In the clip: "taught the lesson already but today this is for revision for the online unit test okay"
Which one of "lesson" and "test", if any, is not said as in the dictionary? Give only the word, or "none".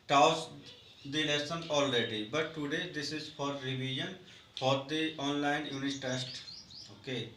lesson